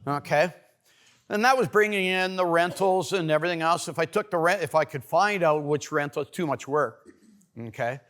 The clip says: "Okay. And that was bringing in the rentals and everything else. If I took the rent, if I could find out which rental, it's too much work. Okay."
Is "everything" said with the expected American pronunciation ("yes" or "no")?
yes